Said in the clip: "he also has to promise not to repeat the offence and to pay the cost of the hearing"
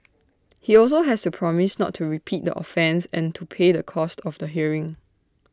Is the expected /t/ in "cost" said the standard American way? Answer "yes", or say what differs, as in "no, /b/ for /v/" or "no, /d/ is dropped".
yes